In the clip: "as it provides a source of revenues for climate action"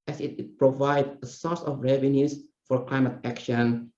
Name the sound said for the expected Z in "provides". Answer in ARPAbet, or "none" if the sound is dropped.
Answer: none